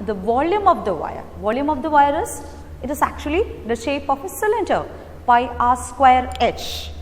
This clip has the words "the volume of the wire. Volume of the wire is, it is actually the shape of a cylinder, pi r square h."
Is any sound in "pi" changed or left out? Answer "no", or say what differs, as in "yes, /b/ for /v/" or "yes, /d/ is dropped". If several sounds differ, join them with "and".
yes, /b/ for /p/